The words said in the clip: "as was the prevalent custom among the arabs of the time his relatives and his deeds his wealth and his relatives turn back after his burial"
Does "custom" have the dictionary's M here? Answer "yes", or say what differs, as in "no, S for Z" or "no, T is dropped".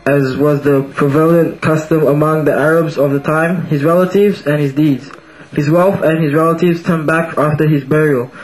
yes